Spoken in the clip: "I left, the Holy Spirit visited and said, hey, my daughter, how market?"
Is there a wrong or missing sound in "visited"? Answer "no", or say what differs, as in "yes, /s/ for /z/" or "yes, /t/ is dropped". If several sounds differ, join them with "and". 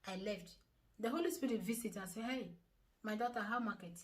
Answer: yes, /s/ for /z/